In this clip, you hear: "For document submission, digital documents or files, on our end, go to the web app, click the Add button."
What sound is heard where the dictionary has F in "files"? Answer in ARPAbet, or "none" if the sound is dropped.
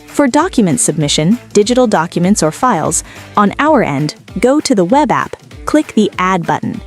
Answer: F